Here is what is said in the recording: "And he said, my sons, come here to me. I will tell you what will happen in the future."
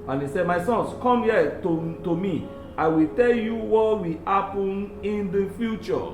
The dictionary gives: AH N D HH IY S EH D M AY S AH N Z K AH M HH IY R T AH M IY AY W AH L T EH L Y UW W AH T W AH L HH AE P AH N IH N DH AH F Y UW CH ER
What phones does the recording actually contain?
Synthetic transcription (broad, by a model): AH N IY S EH D M AY S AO N S K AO M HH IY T T AH M IY AY W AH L T EH L Y UW W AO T W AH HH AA P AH N IH N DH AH F Y UW CH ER